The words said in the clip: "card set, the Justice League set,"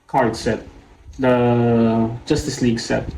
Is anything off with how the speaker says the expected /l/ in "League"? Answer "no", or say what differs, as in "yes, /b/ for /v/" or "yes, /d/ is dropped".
no